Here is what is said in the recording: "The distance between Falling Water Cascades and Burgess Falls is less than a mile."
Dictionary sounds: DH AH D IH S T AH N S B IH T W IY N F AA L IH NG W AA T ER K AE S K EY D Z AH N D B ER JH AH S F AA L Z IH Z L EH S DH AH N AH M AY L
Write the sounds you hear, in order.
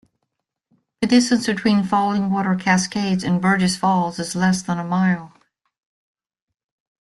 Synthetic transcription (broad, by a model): DH AH D IH S T AH N S B IH T W IY N F AA L IH NG W AA T ER K AE S K EY D Z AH N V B ER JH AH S F AA L Z IH Z L EH S DH AH N AH M AY L